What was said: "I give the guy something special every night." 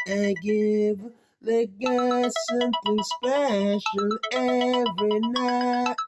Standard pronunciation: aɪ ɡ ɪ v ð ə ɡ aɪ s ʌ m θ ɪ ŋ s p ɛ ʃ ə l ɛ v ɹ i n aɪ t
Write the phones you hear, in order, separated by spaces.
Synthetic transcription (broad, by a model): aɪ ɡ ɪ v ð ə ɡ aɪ s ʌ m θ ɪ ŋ s p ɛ ʃ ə n ɛ v ɹ i n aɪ